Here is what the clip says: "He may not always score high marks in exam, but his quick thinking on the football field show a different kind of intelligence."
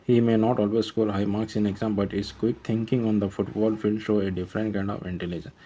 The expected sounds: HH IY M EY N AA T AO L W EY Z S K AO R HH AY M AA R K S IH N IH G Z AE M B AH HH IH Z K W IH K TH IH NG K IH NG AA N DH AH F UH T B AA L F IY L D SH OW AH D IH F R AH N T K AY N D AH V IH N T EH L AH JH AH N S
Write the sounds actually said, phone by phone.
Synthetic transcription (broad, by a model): HH IY M EY N AA T AO L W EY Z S K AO L HH AY M AA R K S IH N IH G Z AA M B AH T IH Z K W IH K T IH NG K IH NG AA N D AH F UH T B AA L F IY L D SH OW AH D IH F R AH N T K AY N D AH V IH N T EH L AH JH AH N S